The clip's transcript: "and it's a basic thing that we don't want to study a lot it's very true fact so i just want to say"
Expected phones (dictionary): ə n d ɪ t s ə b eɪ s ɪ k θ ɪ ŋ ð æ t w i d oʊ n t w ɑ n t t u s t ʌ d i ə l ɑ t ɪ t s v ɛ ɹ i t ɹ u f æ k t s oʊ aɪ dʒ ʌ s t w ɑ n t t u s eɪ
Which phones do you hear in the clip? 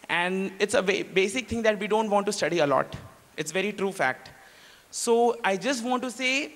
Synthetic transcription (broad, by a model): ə n d ɪ t s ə b eɪ s ɪ k t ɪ ŋ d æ t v i d oʊ n t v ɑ n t t u s t ʌ d i ə l ɑ t ɪ t s v ɛ ɹ i t ɹ u f æ k t s oʊ aɪ dʒ ʌ s t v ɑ n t t u s eɪ